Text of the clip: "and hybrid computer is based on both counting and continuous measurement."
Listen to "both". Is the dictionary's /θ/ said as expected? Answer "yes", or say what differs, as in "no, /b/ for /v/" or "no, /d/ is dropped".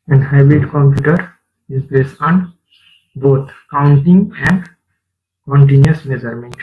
no, /t/ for /θ/